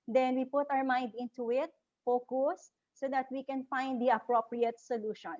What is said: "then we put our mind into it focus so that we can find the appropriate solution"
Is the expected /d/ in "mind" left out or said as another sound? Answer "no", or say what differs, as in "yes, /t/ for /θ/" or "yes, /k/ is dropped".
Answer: no